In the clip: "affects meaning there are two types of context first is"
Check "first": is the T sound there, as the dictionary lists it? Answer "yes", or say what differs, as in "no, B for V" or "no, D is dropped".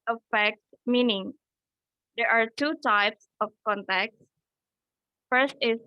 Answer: yes